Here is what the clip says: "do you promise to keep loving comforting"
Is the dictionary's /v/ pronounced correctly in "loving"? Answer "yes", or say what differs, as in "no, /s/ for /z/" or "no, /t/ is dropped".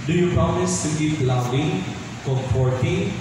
no, /b/ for /v/